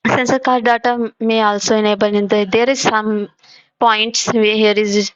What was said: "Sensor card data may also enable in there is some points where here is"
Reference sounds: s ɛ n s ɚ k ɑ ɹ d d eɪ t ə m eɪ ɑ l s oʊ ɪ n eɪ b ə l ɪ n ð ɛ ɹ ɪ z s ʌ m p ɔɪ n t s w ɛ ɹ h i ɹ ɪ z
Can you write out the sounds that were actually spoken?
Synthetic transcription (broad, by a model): s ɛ n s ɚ k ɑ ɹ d d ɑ t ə m eɪ ɑ l s oʊ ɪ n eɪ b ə n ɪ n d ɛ ɹ ɪ z s ʌ m p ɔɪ n t s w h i ɹ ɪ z